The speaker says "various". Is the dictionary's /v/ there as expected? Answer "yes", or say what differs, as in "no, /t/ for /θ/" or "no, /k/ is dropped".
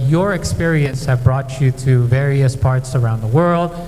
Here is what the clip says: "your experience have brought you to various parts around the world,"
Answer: yes